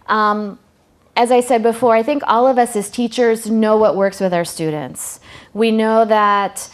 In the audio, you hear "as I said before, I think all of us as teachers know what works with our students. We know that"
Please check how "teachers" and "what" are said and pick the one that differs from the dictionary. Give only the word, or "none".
none